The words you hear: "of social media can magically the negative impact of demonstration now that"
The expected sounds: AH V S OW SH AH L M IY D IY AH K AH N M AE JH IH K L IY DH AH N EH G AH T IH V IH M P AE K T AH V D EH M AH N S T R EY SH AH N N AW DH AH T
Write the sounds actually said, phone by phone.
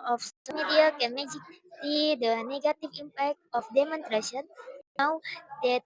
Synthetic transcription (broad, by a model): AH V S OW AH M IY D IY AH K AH M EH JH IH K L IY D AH N EH G AH T IH V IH M P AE K T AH F D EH M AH N T R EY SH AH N N AW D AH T